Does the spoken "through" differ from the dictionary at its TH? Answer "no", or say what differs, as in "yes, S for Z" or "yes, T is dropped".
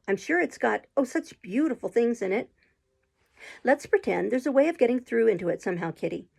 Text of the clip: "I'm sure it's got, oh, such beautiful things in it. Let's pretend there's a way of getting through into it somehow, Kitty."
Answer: no